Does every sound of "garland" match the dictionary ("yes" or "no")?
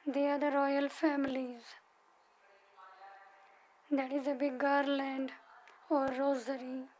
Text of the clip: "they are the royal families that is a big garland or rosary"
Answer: yes